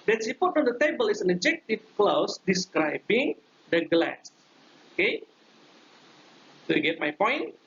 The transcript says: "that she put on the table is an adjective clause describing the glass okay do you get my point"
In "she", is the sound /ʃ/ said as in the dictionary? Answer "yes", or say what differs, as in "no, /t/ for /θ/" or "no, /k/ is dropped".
no, /s/ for /ʃ/